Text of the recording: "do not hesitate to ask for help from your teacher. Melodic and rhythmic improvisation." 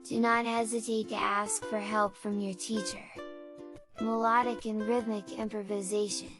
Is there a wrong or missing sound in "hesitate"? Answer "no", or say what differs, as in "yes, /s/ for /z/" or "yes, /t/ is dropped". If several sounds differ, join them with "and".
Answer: no